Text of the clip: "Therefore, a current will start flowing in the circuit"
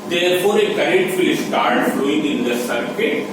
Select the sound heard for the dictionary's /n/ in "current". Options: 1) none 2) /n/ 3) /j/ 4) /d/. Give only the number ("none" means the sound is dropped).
1